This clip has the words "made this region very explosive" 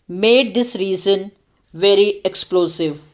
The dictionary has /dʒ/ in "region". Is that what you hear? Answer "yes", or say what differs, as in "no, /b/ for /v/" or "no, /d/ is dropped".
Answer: no, /z/ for /dʒ/